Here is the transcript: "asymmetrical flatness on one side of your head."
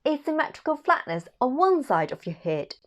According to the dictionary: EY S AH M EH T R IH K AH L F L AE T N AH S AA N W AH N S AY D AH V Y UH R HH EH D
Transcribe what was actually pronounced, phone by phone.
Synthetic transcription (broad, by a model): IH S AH M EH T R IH K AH L F L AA T N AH S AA N W AH N S AY D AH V Y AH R HH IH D